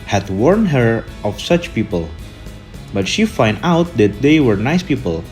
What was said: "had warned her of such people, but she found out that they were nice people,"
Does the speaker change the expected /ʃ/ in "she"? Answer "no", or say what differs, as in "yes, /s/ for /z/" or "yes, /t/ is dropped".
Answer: no